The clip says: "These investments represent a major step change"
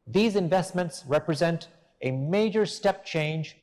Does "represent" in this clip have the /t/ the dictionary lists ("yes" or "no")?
yes